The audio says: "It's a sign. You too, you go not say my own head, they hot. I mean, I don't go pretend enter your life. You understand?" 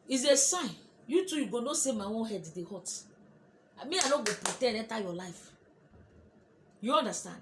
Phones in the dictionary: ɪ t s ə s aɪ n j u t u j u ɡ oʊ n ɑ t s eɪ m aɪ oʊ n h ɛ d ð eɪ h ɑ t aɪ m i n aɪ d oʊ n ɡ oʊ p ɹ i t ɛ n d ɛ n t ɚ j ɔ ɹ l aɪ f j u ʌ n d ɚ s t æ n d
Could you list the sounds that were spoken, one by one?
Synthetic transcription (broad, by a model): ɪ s ə s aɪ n j u t u j u ɡ oʊ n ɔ s eɪ m aɪ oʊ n h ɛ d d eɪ h ɑ t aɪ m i aɪ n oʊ ɡ oʊ p ɹ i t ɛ d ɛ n t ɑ j ɔ l aɪ f j u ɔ n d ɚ s t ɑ n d